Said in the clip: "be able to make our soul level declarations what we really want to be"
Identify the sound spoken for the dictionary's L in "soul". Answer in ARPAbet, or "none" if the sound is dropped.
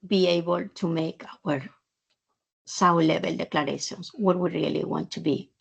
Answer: W